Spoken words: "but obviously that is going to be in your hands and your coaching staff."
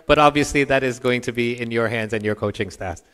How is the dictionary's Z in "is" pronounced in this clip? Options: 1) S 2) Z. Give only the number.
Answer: 2